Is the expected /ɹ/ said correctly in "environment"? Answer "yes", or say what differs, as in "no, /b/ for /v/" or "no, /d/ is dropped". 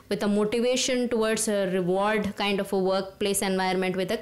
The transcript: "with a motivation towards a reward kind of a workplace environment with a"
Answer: no, /ɹ/ is dropped